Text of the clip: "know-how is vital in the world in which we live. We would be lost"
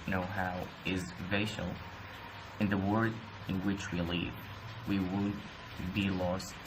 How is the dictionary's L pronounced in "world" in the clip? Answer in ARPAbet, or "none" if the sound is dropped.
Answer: none